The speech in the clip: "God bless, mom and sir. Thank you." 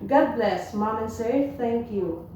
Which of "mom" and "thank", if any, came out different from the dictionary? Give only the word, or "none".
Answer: thank